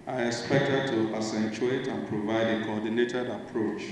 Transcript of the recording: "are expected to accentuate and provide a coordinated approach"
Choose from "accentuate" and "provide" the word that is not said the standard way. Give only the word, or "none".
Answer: accentuate